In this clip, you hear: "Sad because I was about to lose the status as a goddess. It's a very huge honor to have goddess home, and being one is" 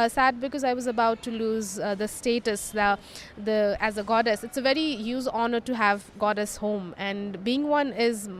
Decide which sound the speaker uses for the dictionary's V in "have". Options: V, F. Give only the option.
V